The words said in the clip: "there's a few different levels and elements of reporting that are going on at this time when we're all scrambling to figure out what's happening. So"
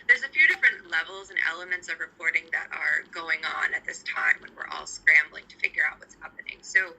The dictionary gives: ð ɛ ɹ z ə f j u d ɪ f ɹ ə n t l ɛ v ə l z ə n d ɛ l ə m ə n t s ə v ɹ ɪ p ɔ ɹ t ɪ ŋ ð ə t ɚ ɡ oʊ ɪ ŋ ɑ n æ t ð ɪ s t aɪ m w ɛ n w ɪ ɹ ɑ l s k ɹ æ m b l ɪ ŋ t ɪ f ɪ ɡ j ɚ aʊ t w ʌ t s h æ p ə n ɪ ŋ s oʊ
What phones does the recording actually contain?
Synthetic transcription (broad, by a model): ð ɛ ɹ z ə f j u d ɪ f ɹ ə n t l ɛ v l z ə n ɛ l ə m ə n t s ə v ɹ ɪ p ɔ ɹ t ɪ ŋ ð ə t ɚ ɡ oʊ ɪ ŋ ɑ n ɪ t ð ɪ s t aɪ m w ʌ n w ɪ ɹ ɑ l s k ɹ æ m b l ɪ ŋ t ɪ f ɪ ɡ j ɚ aʊ t w ʌ t s h æ p ə n ɪ ŋ s oʊ